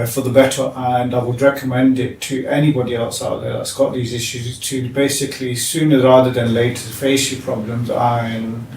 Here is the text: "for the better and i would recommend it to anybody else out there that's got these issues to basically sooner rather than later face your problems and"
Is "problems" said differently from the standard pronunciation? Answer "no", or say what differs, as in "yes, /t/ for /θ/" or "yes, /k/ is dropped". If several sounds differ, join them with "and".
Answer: no